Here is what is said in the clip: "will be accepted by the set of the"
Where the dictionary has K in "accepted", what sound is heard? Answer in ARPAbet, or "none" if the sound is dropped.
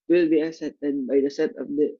none